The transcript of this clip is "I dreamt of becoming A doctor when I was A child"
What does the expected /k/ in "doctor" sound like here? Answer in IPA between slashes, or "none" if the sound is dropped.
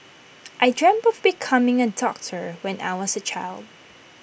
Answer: /k/